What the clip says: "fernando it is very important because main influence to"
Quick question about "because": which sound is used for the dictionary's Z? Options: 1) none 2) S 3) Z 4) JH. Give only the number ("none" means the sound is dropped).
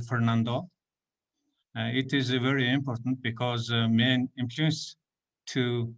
3